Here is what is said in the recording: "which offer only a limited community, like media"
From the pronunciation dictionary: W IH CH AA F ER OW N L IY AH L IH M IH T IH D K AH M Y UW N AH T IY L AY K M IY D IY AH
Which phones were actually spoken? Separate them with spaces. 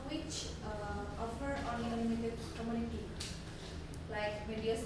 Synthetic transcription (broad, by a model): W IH CH AA F ER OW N IY AH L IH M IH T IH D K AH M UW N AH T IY L AY K M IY D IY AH